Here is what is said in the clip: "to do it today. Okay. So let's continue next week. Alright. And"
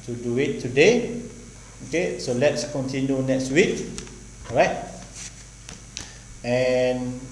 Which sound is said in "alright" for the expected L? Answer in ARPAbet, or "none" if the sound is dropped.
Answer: none